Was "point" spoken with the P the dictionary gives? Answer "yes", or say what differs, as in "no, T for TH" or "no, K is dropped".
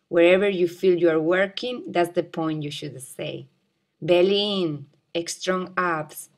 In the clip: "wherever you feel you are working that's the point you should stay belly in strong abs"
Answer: yes